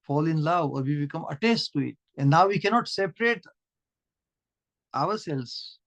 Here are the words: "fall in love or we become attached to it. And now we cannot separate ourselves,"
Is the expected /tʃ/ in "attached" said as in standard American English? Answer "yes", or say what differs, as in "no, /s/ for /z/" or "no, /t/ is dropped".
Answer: no, /s/ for /tʃ/